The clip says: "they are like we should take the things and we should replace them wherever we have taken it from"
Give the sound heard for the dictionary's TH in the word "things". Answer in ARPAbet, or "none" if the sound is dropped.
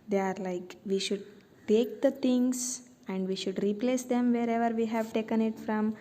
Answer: T